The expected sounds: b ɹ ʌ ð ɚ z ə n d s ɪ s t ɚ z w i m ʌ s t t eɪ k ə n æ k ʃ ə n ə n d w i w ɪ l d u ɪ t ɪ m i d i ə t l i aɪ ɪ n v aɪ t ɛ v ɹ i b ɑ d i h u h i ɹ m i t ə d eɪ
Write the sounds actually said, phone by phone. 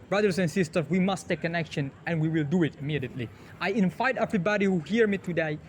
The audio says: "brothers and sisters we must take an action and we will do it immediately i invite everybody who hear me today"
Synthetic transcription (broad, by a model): b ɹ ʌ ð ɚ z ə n s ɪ s t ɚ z w i m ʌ s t t eɪ k ə n æ k ʃ ə n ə n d w i w ɪ l d u ɪ t ɪ m i d i ə t l i aɪ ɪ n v aɪ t ɛ v ɹ i b ɑ d i h u h i ɹ m i t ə d eɪ